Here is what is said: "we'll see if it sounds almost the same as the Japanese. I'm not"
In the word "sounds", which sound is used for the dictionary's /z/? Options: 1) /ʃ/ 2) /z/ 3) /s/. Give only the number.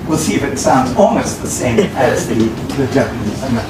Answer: 2